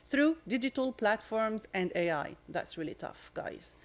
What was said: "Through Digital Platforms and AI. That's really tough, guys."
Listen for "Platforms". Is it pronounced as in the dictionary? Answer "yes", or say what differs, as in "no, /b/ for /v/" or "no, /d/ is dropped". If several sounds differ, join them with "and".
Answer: yes